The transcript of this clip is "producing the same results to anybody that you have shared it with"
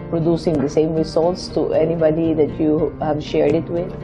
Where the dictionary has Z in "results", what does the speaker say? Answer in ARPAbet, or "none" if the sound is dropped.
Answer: S